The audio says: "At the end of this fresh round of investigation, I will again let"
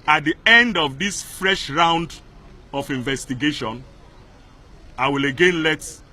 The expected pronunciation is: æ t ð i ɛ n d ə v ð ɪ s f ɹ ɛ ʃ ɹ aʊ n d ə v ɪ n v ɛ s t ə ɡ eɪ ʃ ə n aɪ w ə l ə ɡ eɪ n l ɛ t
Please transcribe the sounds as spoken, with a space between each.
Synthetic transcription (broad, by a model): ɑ t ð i ɛ n d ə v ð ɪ s f ɹ ɛ ʃ ɹ aʊ n d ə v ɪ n v ɛ s t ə ɡ eɪ ʃ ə n aɪ w ə l ə ɡ eɪ n l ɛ t